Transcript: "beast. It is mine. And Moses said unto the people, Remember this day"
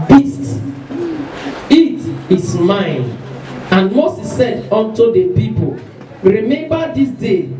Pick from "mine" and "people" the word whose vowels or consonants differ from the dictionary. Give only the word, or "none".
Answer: none